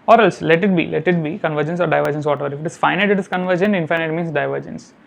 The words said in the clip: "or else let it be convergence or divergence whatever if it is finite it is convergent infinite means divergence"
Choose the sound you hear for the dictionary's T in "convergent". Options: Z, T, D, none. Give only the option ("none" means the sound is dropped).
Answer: none